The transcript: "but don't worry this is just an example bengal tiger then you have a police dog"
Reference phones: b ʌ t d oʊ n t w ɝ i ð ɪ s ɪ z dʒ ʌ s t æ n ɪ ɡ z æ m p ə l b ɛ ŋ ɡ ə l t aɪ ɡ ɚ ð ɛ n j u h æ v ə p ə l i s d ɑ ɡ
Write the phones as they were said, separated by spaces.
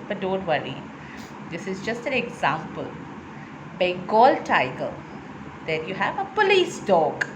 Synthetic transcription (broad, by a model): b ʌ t d oʊ n t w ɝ i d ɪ s ɪ z dʒ ʌ s t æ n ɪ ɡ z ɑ m p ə l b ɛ ɡ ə l t aɪ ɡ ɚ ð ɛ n j u h æ v ə p ə l i s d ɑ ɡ